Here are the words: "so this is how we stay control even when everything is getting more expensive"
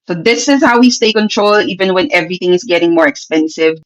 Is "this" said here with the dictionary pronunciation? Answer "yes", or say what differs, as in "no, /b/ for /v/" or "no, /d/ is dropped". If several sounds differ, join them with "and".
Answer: yes